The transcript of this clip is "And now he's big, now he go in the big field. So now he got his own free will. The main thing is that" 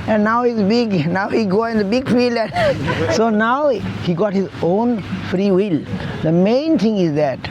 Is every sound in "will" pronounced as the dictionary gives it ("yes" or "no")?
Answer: yes